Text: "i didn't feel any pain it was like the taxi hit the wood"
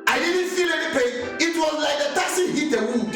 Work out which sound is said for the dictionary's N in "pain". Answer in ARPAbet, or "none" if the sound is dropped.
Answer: none